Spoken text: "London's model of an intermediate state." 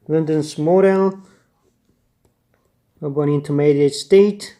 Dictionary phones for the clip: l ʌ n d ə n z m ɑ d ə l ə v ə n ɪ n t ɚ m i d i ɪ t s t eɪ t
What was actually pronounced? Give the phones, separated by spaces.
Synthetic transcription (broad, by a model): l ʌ n d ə n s m ɑ d ə l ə b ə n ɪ n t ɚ m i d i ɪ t s t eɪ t